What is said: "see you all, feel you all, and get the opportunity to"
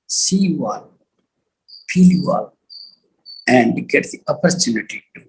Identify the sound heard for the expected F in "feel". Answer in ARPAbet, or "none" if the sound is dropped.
P